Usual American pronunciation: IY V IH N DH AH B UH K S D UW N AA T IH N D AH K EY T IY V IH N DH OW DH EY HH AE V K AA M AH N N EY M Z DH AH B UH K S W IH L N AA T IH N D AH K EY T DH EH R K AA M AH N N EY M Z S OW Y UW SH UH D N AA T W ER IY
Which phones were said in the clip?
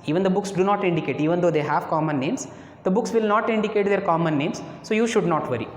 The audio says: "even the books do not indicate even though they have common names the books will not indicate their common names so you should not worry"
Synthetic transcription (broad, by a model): IY V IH N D AH B UH K S D UW N AA T IH N D AH K EY T IY V IH N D OW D EY HH AE V K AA M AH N N EY M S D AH B UH K S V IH L N AA T IH N D AH K EY T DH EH R K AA M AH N N EY M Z S OW Y UW SH UH D N AA T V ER IY